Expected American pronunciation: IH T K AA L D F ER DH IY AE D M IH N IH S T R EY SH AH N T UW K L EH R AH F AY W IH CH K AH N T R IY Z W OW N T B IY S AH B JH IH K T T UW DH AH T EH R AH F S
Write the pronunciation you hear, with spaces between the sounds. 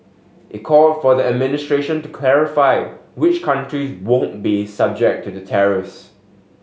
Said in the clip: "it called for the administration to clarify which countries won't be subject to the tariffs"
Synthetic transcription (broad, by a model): IH T K AA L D F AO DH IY AE D M IH N IH S T R EY SH AH N T UW K L EH R AH F AY W IH CH K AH N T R IY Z W OW N T B IY S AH B JH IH K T T UW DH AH T EH R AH S